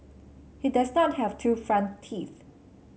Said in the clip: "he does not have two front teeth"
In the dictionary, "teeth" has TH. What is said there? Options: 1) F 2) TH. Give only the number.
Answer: 2